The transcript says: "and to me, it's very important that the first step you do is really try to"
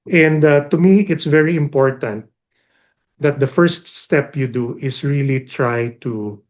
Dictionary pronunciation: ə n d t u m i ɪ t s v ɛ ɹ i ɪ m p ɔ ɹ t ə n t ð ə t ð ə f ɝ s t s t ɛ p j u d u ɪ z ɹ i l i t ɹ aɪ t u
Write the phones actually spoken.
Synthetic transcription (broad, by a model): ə n d t u m i ɪ t s v ɛ ɹ i ɪ m p ɔ ɹ t ə n t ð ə t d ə f ɝ s t s t ɛ p j u d u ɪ s ɹ i l i t ɹ aɪ t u